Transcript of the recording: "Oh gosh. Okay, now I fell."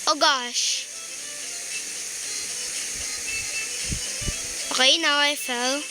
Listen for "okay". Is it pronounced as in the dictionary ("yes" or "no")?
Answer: no